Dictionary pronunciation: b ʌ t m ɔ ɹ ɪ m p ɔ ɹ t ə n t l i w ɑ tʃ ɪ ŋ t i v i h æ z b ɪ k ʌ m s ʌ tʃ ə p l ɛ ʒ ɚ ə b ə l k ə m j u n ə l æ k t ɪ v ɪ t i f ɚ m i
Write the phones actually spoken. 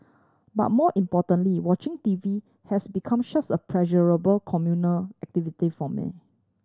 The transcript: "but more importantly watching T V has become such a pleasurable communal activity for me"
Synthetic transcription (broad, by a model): b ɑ t m ɔ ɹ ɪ m p ɔ t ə n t l i w ɑ tʃ ɪ ŋ t i v i h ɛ s b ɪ k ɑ m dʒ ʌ s ə p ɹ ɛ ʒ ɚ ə b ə l k ə m j u n ə l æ k t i v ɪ t i f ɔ m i